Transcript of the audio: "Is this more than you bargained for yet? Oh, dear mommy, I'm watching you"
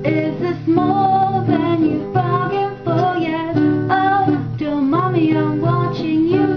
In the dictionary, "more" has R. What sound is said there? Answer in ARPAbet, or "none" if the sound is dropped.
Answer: L